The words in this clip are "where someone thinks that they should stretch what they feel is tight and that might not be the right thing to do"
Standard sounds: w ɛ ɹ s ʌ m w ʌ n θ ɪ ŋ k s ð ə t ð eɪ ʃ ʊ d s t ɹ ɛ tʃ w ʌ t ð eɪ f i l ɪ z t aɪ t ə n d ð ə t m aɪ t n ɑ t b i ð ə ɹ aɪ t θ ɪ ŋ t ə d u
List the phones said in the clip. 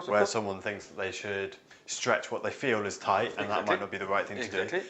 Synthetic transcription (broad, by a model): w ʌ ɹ s ʌ m w ʌ n θ ɪ ŋ k s ð ə t ð eɪ ʃ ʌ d s t ɹ ɛ tʃ w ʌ t ð eɪ f i l ɪ z t aɪ t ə n ð ə t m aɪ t n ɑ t b i ð ə ɹ aɪ t θ ɪ ŋ t ə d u